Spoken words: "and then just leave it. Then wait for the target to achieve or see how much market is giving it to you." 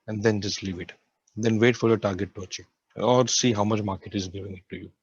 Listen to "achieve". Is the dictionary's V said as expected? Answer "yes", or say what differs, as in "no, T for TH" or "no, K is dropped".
no, V is dropped